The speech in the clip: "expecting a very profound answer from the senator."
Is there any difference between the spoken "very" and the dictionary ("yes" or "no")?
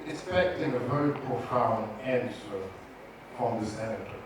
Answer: yes